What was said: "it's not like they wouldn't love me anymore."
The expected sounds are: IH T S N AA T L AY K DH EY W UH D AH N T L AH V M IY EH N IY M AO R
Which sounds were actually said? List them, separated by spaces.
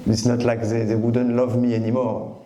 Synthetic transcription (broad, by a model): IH T S N AA T L AY K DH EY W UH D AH N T L AH V M IY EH N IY M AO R